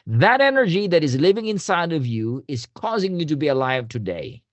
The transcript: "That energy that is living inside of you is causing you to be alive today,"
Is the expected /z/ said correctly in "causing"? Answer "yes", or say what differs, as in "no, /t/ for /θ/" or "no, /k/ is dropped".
yes